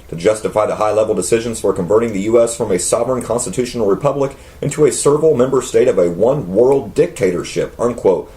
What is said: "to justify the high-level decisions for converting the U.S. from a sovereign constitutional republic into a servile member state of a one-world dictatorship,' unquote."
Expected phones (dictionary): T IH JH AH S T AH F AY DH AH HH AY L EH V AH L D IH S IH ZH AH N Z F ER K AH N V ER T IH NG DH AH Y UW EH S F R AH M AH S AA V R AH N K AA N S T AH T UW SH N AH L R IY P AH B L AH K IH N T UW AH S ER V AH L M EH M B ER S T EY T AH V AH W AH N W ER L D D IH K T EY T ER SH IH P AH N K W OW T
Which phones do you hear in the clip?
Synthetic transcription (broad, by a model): T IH JH AH S T AH F AY DH AH HH AY L EH V L D IH S IH ZH AH N Z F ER K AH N V ER T IH NG DH AH Y UW EH S F R AH M AH S AA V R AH N K AA N S T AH T UW SH N L R IY P AH B L AH K IH N T UW AH S ER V L M EH M B ER S T EY T AH V AH W AH N W ER L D D IH K T EY T ER SH IH P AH N K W OW T